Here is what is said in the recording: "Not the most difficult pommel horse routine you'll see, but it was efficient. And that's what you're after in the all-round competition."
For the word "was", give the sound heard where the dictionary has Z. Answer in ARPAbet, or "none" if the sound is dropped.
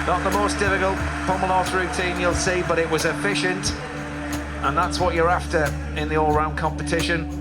Z